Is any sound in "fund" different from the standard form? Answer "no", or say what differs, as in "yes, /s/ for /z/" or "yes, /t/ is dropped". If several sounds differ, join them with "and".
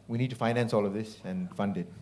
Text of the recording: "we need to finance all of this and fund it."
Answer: no